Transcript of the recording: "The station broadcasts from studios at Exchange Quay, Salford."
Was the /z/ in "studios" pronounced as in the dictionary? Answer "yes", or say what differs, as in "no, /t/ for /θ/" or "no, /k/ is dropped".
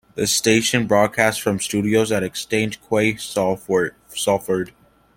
yes